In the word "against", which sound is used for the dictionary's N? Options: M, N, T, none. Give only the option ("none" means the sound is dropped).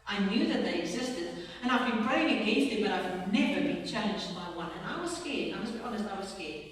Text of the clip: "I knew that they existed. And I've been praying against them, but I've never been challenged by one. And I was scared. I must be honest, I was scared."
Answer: none